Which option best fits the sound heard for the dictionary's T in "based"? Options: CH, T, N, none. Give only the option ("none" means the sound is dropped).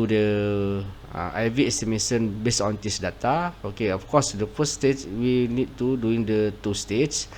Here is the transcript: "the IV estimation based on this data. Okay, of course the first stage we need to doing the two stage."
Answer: none